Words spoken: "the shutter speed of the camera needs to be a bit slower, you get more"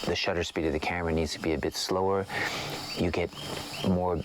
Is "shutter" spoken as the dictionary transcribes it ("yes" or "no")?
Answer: yes